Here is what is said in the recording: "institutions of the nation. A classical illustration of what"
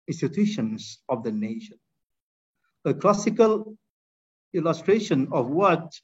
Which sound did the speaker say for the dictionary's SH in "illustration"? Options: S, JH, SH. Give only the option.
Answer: SH